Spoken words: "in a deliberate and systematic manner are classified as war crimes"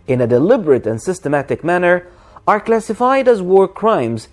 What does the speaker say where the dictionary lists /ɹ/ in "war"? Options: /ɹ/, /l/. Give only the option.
/ɹ/